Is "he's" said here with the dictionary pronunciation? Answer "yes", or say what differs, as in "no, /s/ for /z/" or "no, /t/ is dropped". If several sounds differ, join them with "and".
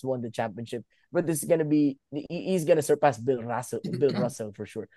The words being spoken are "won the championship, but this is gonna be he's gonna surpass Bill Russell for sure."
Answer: yes